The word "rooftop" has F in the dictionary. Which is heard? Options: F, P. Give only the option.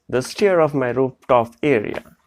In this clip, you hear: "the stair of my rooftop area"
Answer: P